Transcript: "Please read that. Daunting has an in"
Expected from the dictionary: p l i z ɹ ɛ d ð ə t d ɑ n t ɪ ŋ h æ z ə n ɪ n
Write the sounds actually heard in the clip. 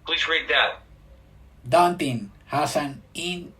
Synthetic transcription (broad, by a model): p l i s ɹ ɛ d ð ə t d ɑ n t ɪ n h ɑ s ə n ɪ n